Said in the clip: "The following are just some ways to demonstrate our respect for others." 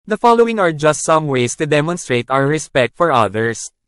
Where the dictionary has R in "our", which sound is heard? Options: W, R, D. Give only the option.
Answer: W